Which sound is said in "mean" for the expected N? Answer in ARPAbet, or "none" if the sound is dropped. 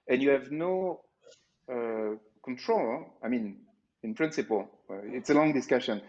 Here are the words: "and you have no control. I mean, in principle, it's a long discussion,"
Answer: N